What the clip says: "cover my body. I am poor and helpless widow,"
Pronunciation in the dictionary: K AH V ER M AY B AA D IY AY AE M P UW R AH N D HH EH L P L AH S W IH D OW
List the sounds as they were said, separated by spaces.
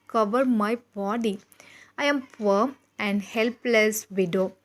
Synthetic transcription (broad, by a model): K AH V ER M AY B AA D IY AY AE M F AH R AH N D HH EH L P L AH S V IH D OW